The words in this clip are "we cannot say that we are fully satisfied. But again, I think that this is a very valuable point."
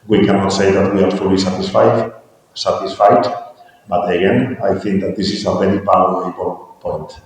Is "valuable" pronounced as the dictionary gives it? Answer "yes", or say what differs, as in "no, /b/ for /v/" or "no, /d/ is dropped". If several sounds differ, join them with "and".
no, /p/ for /v/